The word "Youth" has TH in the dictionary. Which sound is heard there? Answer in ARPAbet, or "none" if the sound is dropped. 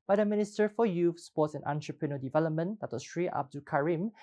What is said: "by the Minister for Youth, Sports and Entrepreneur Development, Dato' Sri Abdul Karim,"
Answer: F